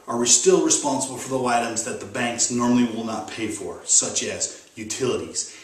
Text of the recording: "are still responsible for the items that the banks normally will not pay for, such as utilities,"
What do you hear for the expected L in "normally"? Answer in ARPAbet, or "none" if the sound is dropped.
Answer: L